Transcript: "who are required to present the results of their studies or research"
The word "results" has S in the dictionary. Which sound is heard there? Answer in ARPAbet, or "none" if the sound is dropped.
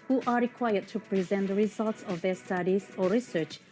S